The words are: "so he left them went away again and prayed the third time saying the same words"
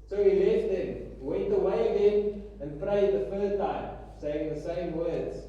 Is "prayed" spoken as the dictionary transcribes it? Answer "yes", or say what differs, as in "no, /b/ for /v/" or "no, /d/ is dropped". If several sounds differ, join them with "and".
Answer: yes